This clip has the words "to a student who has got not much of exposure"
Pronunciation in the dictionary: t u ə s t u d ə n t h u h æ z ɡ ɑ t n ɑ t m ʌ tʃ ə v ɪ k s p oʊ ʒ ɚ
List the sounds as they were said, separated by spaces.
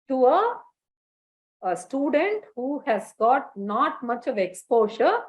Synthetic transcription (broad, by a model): t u ə s t u d ə n t h u h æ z ɡ ɑ t n ɑ t m ʌ tʃ ə v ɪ k s p oʊ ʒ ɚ